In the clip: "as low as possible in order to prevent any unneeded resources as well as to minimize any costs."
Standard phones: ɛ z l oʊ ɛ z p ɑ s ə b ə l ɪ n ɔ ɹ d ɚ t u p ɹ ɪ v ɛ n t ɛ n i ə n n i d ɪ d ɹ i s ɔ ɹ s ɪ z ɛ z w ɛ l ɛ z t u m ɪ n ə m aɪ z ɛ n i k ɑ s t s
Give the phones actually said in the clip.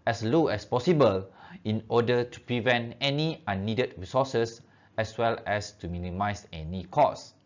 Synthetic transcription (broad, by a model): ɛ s l oʊ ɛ s p ɑ s ə b ə l ɪ n ɔ d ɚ t u p ɹ ɪ v ɛ n t ɛ n i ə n n i d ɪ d ɹ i s ɔ s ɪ s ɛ s w ɛ l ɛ s t u m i n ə m aɪ s ɛ n i k ɑ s s